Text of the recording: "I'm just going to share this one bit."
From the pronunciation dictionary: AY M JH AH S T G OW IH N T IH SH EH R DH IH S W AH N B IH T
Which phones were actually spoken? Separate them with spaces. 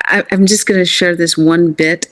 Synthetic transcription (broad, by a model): AY M JH AH S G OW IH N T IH SH EH R DH IH S W AH N B IH T